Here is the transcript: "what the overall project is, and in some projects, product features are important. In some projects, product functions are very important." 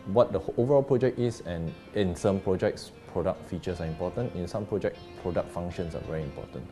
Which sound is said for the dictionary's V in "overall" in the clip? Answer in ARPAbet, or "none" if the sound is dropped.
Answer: V